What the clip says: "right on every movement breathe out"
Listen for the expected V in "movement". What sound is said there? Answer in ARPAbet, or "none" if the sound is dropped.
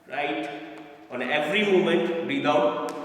none